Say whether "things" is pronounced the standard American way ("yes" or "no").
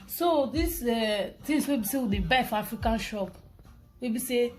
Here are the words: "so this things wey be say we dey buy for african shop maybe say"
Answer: no